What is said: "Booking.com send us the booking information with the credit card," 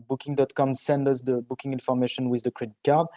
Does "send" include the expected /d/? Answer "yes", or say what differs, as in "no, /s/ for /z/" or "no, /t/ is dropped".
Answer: yes